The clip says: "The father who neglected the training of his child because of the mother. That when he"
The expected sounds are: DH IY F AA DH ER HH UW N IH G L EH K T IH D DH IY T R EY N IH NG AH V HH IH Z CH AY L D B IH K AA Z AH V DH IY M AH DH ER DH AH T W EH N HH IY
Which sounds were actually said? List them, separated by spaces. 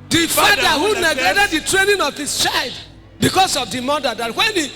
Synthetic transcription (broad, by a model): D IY F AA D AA HH UW N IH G EH T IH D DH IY T R EY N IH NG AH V HH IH S CH AY L D B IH K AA S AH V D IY M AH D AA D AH T W EH N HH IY